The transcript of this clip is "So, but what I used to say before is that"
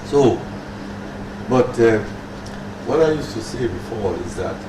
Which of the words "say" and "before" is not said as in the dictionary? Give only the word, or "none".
before